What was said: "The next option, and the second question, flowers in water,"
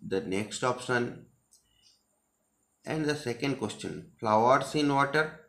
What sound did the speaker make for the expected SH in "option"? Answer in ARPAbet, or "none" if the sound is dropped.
S